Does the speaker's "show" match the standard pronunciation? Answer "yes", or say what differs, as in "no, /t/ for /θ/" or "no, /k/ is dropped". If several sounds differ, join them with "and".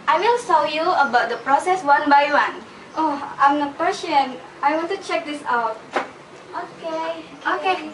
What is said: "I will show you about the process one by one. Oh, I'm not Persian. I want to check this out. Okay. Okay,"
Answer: no, /s/ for /ʃ/